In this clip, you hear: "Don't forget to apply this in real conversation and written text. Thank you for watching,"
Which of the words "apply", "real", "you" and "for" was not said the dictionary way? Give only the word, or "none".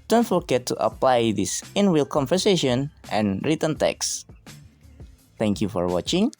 real